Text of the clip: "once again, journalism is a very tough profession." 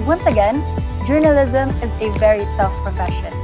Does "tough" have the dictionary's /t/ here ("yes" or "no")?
no